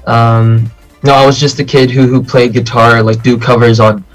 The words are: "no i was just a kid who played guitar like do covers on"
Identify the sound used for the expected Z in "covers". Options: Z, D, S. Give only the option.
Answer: Z